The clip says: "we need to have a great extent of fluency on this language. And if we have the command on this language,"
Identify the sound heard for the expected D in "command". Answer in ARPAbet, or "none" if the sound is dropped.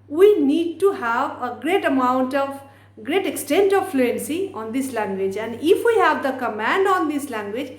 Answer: D